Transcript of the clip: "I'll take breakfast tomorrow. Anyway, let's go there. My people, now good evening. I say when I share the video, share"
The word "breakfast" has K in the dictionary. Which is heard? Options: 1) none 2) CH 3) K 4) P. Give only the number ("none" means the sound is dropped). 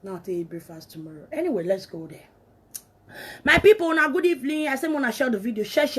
1